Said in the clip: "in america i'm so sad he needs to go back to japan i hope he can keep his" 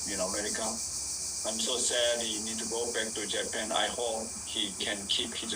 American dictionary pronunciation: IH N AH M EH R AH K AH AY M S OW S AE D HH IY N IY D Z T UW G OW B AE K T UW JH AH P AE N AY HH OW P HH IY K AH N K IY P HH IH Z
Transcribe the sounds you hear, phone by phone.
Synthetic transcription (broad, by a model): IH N AH M EH R AH K AH AY M S OW S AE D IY N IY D T UW G OW B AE K T UW JH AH P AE N AY HH OW P HH IY K AH N K IY P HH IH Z